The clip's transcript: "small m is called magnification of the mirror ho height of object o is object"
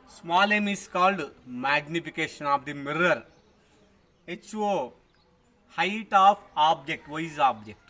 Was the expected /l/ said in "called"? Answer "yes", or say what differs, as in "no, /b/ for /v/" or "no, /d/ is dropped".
yes